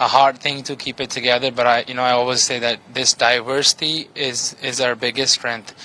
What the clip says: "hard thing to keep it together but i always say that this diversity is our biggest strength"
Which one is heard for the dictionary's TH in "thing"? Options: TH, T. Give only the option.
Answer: TH